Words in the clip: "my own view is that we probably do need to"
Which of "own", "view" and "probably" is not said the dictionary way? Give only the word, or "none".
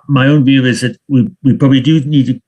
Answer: none